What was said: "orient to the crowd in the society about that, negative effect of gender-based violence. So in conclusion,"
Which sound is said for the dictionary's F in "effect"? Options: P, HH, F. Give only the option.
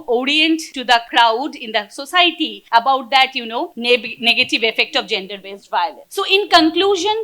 F